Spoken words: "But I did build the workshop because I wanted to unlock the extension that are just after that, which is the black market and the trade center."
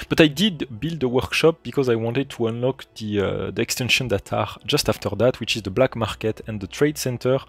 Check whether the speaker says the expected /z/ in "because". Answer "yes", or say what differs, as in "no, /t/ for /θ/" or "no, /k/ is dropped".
yes